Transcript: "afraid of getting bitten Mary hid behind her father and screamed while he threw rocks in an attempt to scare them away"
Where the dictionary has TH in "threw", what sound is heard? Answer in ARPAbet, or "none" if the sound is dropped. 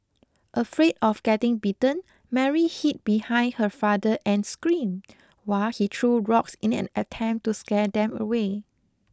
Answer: T